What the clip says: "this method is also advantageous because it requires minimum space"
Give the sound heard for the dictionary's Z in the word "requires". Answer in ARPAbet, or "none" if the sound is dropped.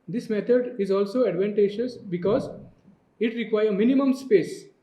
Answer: none